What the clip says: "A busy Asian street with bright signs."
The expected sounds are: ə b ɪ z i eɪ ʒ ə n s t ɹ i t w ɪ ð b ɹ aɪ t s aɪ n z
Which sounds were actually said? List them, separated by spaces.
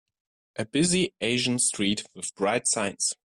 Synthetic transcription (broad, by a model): ə b ɪ z i eɪ ʒ ə n s t ɹ i t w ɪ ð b ɹ aɪ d s aɪ n s